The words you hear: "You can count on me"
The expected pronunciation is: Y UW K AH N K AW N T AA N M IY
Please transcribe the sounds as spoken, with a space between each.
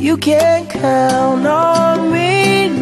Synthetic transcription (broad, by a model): Y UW K AH N K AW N AA N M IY